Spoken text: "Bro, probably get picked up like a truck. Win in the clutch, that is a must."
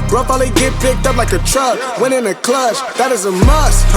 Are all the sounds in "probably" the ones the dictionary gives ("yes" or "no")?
no